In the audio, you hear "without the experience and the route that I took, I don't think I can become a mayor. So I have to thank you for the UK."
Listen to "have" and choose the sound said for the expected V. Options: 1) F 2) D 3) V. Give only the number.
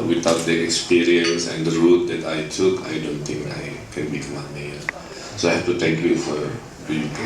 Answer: 1